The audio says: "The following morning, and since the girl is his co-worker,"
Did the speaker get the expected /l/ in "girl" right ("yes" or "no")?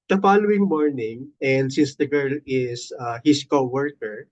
yes